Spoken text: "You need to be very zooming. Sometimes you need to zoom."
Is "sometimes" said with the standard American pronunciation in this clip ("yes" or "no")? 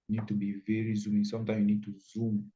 no